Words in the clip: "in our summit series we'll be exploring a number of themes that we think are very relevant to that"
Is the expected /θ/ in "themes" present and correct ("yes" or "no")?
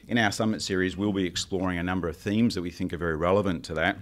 yes